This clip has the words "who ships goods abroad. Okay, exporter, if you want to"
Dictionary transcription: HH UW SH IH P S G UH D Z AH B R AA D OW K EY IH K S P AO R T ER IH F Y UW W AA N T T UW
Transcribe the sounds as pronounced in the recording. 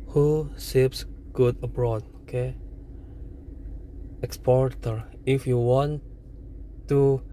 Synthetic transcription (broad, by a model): HH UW S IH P S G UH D AH B R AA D OW K EY IH K S P AO R T ER IH F Y UW W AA N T T UW